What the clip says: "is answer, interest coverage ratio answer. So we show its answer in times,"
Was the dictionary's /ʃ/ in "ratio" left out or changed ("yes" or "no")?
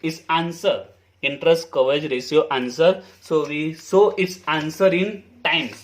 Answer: yes